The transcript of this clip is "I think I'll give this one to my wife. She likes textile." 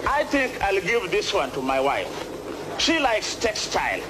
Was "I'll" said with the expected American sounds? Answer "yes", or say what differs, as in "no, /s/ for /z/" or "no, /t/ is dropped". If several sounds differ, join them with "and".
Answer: yes